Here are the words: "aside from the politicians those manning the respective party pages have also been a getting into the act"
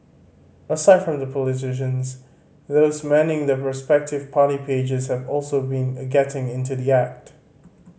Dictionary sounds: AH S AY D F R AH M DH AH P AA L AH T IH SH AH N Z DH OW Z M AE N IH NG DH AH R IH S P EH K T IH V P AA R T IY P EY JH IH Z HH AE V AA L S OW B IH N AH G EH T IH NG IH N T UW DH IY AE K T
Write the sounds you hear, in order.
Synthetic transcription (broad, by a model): AH S AY D F R AH M DH AH P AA L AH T IH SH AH N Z DH OW Z M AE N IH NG DH AH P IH S P EH K T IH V P AA R T IY P EY JH IH Z HH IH V AA L S OW B IH N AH G EH T IH NG IH N T UW DH IY AE K T